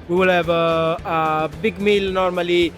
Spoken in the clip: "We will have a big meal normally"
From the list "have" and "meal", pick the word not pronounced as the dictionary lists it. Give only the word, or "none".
have